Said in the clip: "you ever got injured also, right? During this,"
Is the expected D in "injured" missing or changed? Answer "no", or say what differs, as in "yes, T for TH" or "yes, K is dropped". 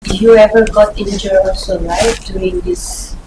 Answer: yes, D is dropped